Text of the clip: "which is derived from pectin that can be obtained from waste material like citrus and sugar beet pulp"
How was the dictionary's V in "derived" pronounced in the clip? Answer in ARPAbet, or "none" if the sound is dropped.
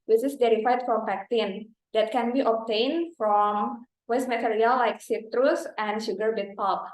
none